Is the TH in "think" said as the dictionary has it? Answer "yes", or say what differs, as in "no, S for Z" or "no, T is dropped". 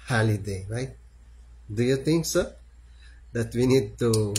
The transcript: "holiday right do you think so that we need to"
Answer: no, T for TH